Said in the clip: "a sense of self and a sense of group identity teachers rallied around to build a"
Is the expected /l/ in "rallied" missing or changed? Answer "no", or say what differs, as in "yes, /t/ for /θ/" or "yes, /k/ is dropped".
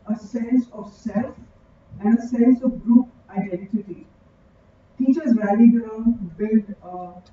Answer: yes, /l/ is dropped